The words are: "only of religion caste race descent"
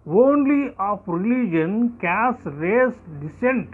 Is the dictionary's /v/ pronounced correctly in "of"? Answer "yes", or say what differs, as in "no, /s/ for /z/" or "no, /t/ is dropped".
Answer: no, /p/ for /v/